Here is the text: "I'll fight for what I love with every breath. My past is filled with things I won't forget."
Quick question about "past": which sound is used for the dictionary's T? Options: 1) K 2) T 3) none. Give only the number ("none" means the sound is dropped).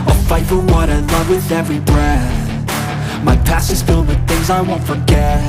3